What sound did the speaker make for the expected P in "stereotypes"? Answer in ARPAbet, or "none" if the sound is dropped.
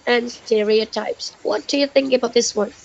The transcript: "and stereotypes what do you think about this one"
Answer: P